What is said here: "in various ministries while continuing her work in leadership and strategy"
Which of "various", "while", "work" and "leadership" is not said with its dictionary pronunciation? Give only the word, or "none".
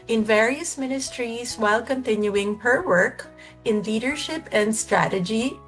none